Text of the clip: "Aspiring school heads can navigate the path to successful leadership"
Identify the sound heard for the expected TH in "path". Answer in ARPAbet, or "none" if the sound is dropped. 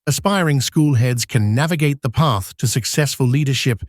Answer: TH